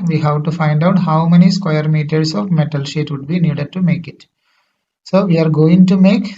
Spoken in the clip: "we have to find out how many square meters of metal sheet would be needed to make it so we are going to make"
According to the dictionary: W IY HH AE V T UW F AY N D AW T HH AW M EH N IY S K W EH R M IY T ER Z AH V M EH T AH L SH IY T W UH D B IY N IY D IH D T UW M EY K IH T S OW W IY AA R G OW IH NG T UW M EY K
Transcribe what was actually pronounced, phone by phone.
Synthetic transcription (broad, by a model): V IY HH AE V T UW F AY N D AW T HH AW M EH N IY S K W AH R M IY T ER S AH V M EH T AH L SH IY T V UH D B IY N IY D IH D T UW M EY K IH T S OW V IY AA R G OW IH NG T UW M EY K